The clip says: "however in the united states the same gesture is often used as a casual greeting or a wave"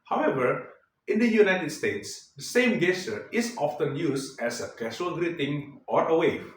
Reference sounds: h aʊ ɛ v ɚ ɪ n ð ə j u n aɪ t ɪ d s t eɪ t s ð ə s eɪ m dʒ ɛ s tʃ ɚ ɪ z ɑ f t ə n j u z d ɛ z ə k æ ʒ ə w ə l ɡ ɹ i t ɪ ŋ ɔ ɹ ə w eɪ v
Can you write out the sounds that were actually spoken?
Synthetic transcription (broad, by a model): h aʊ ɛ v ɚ ɪ n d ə j u n aɪ t ɪ d s t eɪ t s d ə s eɪ m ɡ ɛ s ɚ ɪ s ɑ f t ə n j u s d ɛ s ə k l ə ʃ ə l ɡ ɹ i t ɪ ŋ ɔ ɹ ə w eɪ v